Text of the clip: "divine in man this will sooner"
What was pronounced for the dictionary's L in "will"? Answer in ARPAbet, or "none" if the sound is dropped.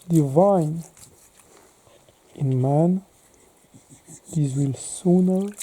L